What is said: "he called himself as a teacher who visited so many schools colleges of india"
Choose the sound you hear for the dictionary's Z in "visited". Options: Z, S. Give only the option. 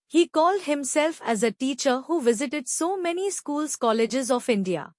Z